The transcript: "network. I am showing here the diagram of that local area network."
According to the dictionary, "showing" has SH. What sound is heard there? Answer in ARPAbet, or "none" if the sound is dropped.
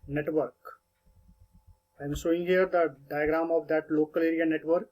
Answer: S